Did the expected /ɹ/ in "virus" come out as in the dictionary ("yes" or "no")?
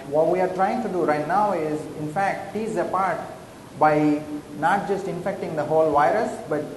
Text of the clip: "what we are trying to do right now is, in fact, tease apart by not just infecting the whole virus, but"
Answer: yes